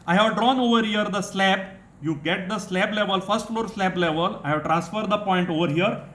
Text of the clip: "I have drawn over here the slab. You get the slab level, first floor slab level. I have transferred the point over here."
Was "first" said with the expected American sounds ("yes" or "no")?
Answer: yes